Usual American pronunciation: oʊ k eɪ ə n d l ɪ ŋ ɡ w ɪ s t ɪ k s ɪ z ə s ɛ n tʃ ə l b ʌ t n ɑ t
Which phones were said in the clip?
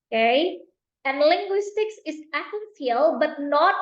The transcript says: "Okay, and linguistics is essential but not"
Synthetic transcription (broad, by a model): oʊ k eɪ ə n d l ɪ ŋ ɡ w ɪ s t ɪ k s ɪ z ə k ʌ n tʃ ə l b ʌ t n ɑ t